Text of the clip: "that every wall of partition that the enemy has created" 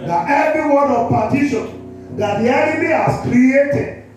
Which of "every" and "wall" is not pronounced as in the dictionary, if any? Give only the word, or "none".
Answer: wall